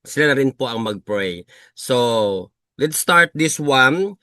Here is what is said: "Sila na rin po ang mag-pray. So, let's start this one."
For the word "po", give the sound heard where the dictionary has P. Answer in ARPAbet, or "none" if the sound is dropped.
P